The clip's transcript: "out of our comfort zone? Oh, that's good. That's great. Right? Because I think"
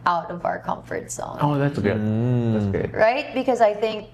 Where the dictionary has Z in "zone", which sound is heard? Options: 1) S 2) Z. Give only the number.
1